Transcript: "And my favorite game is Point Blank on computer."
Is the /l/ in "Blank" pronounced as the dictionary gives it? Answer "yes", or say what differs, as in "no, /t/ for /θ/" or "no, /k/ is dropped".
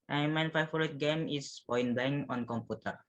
no, /l/ is dropped